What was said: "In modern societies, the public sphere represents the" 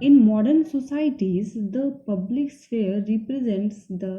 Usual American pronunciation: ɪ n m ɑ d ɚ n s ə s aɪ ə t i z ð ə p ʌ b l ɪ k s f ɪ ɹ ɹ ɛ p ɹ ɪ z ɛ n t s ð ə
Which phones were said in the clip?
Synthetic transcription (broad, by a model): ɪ n m ɑ d ɚ n s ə s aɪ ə t i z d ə p ʌ b l ɪ k s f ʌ ɹ ɹ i p ɹ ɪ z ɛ n t s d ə